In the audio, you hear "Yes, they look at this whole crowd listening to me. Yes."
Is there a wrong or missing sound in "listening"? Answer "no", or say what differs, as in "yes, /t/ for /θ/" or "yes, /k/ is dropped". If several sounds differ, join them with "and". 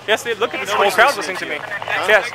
yes, /n/ is dropped